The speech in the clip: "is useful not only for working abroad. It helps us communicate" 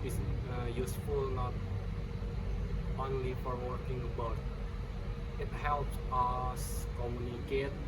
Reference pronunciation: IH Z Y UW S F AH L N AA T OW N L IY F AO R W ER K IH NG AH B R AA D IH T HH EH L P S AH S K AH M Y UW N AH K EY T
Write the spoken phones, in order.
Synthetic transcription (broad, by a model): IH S Y UW S F AH L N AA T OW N L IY F AO R W ER K IH NG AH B AA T IH T HH EH L P S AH S K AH M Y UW N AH K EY T